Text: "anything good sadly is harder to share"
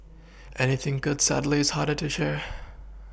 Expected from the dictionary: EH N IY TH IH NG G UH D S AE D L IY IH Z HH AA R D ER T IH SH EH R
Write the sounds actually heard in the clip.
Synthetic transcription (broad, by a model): EH N IY TH IH NG G UH D S AE D L IY IH Z HH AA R D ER T IH SH EH R